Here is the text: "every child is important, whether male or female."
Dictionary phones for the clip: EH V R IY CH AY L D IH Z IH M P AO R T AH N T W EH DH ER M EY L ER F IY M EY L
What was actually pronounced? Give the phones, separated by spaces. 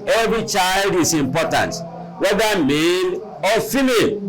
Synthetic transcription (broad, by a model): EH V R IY CH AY L D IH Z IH M P AO T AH N T W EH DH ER M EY N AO F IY M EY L